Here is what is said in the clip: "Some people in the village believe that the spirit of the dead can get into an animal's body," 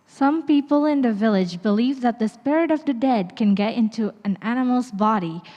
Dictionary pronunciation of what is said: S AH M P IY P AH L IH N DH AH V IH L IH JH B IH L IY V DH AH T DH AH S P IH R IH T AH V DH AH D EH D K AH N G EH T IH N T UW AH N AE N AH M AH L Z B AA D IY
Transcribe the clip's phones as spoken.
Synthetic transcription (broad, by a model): S AH M P IY P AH L IH N DH AH V IH L IH JH B IH L IY V DH AH T DH AH S P IH R IH T AH V DH AH D EH D K AH N G EH T IH N T UW AH N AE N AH M L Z B AA D IY